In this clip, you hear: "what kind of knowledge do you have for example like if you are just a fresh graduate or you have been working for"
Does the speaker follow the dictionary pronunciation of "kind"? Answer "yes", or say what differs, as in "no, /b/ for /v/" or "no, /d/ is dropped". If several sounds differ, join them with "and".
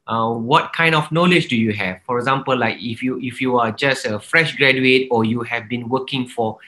yes